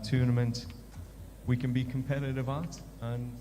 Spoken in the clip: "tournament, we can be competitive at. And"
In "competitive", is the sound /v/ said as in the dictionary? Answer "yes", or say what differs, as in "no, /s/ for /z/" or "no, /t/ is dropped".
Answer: yes